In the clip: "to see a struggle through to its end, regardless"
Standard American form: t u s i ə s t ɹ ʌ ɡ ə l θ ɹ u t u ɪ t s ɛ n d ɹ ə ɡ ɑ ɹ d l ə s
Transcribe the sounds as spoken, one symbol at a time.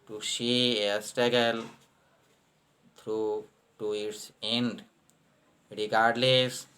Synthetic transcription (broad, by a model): t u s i ə s t ʌ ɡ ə l t ɹ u t u ɪ t s ɛ n d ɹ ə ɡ ɑ ɹ d l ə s